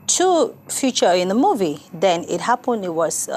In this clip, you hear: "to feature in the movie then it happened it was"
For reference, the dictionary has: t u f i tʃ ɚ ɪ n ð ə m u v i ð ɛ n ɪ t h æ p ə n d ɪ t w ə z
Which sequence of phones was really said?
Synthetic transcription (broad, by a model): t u f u tʃ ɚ ɪ n ð ə m u v i ð ɛ n ɪ t h æ p ə n d ɪ t w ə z